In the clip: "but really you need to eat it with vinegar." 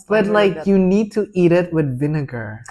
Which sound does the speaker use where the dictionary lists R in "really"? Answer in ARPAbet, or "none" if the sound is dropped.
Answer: L